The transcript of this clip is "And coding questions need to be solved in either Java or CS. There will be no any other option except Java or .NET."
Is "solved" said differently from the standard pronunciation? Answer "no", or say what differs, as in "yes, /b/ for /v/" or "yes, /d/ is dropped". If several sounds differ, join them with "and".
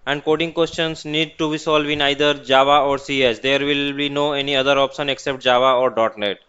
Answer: yes, /d/ is dropped